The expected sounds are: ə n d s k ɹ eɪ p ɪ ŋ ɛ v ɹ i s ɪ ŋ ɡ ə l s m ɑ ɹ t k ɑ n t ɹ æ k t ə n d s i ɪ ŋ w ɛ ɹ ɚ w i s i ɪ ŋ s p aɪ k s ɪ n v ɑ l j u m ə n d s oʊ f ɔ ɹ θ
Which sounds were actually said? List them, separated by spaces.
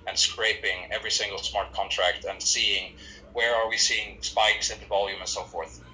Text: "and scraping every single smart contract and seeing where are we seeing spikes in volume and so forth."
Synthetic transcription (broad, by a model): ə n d s k ɹ eɪ p ɪ ŋ ɛ v ɹ i s ɪ ŋ ɡ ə l s m ɑ ɹ t k ɑ n t ɹ æ k t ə n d s i ɪ ŋ w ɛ ɹ ɚ w i s i ɪ ŋ s p aɪ k s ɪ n v ɑ l j u m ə n s oʊ f ɔ ɹ θ